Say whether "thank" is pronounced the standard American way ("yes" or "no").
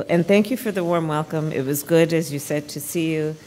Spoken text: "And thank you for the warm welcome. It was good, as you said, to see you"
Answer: yes